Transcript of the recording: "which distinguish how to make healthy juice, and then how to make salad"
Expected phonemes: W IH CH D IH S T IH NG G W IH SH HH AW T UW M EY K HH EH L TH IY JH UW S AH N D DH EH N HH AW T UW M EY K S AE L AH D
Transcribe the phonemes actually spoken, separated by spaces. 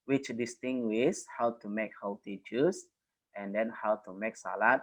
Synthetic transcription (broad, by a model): W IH CH D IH S T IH NG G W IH S HH AW T UW M EY K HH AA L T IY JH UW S AH N D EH N HH AW T UW M EY K S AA L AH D